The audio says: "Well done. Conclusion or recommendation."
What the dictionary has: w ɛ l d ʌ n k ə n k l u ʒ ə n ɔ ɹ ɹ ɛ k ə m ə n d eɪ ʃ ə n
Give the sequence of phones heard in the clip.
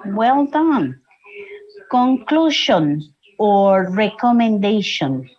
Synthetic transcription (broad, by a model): w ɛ l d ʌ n k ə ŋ k l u ʃ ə n ɔ ɹ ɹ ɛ k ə m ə n d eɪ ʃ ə n